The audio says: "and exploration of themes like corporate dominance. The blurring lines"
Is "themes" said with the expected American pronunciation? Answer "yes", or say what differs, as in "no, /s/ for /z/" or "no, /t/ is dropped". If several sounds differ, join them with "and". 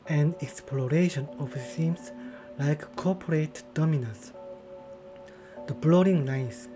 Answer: no, /s/ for /θ/